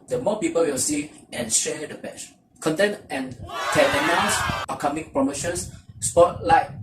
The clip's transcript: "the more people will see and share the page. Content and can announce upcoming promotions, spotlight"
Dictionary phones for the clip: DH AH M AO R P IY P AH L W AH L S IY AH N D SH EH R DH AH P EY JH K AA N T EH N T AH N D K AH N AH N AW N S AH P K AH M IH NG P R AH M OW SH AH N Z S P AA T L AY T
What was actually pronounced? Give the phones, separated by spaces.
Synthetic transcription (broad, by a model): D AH M AO P IY P AH L W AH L S IY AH N SH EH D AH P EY CH K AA N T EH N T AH N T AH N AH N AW S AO K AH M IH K P R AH M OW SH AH N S S P AA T L AY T